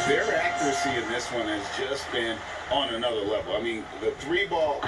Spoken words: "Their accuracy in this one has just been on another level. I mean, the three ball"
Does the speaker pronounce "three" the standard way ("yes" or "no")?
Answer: yes